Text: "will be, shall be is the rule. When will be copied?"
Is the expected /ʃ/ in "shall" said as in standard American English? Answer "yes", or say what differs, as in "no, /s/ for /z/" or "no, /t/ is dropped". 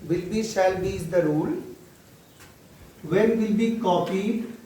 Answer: no, /s/ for /ʃ/